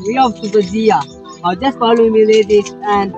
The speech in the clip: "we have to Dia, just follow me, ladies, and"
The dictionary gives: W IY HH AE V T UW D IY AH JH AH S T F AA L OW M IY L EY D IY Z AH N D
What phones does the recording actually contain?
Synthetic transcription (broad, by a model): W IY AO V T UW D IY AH JH AH S T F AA L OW M IY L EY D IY AH N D